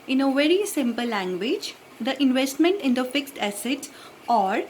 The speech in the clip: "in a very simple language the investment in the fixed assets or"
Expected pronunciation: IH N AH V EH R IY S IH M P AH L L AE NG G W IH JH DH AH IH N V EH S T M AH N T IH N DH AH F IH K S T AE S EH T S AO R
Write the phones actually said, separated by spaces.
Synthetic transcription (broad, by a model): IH N AH V EH R IY S IH M P AH L L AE NG G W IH JH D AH IH N V EH S T M AH N T IH N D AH F IH K S T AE S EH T AO R